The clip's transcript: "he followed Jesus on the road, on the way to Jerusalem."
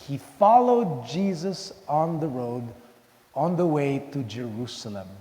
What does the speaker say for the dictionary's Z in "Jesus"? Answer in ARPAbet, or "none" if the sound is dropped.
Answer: Z